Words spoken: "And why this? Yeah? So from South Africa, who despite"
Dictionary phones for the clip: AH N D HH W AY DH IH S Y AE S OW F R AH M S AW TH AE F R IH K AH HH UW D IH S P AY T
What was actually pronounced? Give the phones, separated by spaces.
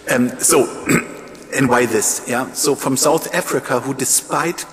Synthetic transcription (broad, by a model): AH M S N W AY DH IH S Y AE S OW F R AH M S AW TH AE F R IH K AH HH UW D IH S P AY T